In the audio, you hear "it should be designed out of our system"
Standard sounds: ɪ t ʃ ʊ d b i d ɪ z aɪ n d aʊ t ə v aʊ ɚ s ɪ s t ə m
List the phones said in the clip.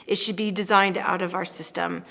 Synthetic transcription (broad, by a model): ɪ t ʃ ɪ d b i d ɪ z aɪ n d aʊ t ə v aʊ ɚ s ɪ s t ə m